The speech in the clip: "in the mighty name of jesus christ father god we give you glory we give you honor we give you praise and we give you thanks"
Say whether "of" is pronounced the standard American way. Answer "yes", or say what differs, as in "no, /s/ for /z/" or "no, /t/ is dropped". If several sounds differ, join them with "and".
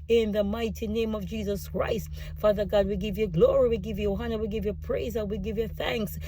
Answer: yes